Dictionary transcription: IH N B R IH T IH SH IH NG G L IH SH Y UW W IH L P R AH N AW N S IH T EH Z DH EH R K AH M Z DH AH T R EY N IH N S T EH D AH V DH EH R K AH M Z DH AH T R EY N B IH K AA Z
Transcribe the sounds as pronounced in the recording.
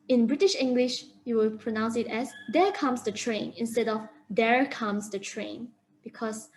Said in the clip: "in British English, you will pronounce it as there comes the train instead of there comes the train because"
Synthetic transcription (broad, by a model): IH N B R IH T IH SH IH NG G L IH SH Y UW W IH L P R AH N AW N S IH T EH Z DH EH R K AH M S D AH T R EY N IH N S T EH D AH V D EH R K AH M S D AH T R EY N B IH K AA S